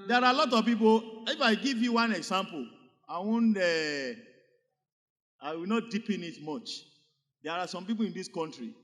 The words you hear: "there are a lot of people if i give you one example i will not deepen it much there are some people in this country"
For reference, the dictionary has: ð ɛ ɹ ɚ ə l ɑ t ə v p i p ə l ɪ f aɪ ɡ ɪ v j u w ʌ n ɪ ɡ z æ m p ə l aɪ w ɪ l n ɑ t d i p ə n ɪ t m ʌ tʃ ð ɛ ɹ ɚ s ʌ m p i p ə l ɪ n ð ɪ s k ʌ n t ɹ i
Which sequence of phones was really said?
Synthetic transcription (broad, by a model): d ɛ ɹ ə l ɑ t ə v p i p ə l ɪ f aɪ ɡ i v j u w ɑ n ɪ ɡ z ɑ m p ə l aɪ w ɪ w n ɑ t d i p ə n ɪ t m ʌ tʃ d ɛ ɹ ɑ s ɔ m p i p ə l ɪ n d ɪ s k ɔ n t ɹ i